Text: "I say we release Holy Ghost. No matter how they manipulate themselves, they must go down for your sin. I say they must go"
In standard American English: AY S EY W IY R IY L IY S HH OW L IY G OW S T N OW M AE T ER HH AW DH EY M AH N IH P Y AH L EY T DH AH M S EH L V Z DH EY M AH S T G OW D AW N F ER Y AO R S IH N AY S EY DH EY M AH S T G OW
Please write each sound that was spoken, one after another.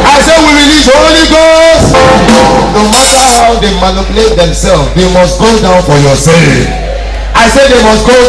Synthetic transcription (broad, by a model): AY S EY W IY R IY L IY S HH OW L IY G OW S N N OW M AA T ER HH AW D EY M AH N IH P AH L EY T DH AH M S EH L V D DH EY M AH S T G OW D AW N F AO Y AO S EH AY S EY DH EY M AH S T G OW